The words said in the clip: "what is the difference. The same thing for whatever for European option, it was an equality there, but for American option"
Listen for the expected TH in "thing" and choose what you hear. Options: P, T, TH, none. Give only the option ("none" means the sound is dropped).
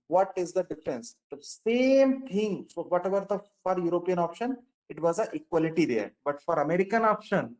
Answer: T